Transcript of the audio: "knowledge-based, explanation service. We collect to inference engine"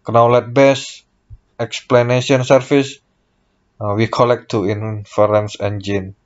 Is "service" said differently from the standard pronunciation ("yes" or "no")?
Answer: yes